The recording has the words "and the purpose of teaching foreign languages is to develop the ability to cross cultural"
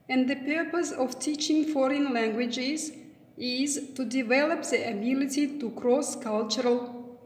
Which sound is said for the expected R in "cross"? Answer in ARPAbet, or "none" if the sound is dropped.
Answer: R